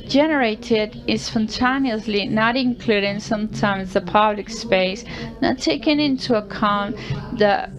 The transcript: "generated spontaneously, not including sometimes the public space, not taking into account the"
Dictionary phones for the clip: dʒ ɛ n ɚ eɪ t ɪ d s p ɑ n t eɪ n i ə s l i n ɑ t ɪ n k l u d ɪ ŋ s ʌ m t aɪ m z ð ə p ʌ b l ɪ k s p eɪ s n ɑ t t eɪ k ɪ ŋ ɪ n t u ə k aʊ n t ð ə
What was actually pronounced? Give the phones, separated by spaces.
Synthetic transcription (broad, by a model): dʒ ɛ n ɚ eɪ t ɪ d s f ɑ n t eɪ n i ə s l i n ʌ t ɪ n k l u d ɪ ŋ s ʌ m t aɪ m z ð ə p ʌ b l ɪ k s p eɪ s n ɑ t t eɪ k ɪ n ɪ n t u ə k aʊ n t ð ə